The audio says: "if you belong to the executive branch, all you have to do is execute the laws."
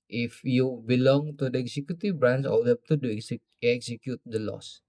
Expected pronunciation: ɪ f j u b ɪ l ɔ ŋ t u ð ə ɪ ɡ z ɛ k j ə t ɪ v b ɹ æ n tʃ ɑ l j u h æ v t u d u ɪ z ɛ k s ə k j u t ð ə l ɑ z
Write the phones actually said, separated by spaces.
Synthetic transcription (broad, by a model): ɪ f j u b ɪ l ɔ ŋ t u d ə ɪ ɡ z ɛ k j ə t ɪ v b ɹ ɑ n s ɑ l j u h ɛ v t u d u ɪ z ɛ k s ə k j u t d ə l ɑ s